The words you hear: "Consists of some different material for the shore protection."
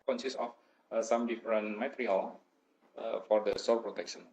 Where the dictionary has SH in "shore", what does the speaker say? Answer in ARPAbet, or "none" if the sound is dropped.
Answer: S